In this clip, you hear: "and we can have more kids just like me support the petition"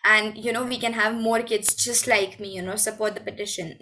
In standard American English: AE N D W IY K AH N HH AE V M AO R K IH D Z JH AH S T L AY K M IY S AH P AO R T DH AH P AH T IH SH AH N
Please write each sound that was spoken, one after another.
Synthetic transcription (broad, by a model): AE N D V IY K AH N HH AE V M AO R K IH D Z JH AH S T L AY K M IY S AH P AO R T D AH P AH T IH SH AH N